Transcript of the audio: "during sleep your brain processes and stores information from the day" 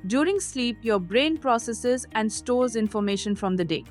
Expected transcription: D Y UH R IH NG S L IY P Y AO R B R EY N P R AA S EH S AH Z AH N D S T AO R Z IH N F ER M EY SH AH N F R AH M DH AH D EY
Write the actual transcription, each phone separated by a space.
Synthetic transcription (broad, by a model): D Y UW R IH NG S L IY P Y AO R B R EY N P R AA S EH S AH Z AH N D S T AO R Z IH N F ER M EY SH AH N F R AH M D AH D EY